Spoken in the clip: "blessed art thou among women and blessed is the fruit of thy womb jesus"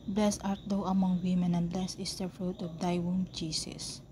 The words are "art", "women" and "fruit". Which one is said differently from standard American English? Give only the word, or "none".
none